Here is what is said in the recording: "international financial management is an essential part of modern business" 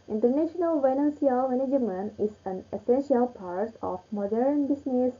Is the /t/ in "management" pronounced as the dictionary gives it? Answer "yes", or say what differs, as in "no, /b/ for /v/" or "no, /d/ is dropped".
no, /t/ is dropped